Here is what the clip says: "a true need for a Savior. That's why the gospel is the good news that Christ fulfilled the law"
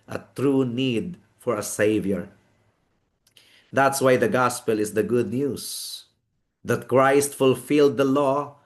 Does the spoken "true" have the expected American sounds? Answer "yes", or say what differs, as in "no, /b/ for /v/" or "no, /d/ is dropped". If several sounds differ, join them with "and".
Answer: yes